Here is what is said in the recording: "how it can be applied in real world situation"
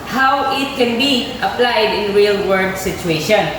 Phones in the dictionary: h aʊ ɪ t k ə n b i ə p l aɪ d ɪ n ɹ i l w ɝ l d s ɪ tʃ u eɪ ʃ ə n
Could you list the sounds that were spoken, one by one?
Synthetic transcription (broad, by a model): h aʊ ɪ t k ə n b i ə p l aɪ d ɪ n ɹ i l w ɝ d s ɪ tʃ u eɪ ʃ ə n